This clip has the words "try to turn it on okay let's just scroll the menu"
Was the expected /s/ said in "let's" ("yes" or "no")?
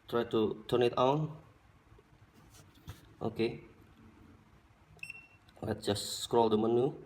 no